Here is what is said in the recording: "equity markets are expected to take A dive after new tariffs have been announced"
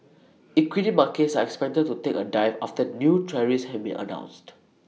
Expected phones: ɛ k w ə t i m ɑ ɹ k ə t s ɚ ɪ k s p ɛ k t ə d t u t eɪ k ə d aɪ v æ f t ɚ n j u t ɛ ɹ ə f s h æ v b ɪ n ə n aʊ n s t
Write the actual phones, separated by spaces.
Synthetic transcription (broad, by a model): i k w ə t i m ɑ k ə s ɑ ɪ k s p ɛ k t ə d t u t eɪ k ə d aɪ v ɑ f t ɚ n j u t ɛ ɹ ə s h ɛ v b ɪ n ə n aʊ n s t